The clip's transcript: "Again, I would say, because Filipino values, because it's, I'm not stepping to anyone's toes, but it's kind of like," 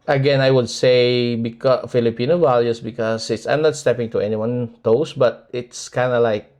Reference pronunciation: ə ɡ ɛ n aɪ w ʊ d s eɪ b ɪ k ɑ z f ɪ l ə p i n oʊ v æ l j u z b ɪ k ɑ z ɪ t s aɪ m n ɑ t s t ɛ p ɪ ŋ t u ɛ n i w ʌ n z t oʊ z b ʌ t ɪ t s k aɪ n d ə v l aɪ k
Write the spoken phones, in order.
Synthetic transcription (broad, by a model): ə ɡ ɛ n aɪ w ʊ d s eɪ b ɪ k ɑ f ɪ l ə p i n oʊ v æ l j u s b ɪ k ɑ s ɪ t s aɪ m n ɑ t s t ɛ p ɪ ŋ t u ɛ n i w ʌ n t oʊ s b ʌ t ɪ t s k aɪ n d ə l aɪ k